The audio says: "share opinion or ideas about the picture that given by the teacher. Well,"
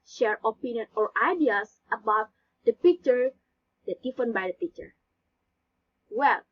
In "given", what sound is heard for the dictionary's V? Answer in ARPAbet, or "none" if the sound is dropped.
F